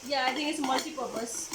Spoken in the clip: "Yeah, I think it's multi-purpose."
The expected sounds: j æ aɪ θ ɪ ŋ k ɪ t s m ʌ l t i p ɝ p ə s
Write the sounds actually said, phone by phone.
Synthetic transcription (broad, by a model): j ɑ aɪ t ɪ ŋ ɪ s m ʌ l t i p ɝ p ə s